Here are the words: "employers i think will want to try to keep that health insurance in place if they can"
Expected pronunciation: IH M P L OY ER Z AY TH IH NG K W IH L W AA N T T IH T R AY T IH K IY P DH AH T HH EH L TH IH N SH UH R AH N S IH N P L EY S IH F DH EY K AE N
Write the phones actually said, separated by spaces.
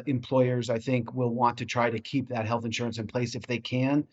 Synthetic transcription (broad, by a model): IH M P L OY ER Z AY TH IH NG K W IH L W AA N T T IH T R AY T IH K IY P DH AH T HH EH L TH IH N SH UH R AH N S IH N P L EY S IH F DH EY K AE N